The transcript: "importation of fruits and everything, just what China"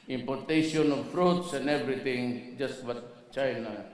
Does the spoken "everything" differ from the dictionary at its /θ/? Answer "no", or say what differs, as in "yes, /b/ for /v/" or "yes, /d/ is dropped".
yes, /t/ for /θ/